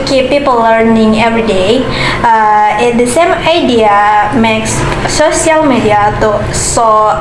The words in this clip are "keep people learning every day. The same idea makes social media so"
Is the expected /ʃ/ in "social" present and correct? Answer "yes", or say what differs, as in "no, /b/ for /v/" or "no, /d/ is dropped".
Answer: no, /ʃ/ is dropped